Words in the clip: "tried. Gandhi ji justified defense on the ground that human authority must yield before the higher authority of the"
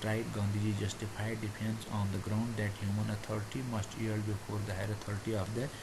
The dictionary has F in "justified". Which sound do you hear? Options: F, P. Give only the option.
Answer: P